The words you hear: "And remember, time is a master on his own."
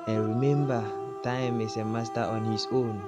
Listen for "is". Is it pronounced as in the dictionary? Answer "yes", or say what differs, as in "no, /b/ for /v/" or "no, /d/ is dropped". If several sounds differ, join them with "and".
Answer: no, /s/ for /z/